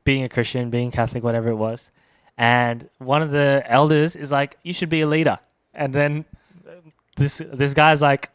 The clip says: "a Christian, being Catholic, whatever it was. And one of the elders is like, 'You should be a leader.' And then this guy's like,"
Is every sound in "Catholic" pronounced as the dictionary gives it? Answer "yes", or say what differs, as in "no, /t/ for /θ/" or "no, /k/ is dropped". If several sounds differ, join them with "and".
yes